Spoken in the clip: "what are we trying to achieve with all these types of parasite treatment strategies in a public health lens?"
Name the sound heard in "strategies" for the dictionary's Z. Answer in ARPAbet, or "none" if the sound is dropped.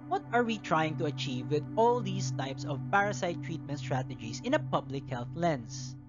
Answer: S